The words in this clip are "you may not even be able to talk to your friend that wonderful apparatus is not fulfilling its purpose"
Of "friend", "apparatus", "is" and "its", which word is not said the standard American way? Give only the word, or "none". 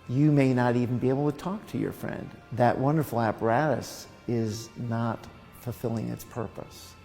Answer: none